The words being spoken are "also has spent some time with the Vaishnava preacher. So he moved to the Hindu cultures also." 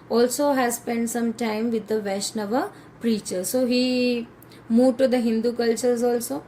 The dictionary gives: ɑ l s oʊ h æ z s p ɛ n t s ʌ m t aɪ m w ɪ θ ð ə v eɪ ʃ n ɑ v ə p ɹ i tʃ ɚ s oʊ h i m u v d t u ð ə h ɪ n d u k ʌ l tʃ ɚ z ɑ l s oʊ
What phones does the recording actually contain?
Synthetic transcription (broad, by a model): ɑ l s oʊ h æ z s p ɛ n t s ʌ m t aɪ m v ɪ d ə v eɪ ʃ n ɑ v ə p ɹ i tʃ ɚ s oʊ h i m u d t u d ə h ɪ n d u k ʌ l tʃ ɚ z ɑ l s oʊ